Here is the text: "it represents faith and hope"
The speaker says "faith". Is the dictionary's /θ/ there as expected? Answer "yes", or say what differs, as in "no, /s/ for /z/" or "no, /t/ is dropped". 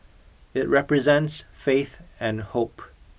yes